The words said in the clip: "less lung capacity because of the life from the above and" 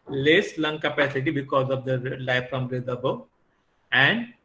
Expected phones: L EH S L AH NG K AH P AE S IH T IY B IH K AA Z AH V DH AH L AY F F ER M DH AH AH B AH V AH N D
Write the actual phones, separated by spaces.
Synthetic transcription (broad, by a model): L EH S L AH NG K AH P AE S IH T IY B IH K AA Z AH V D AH L AY F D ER M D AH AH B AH AH N D